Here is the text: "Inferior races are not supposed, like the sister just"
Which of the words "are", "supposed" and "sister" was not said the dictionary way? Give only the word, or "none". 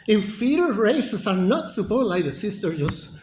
supposed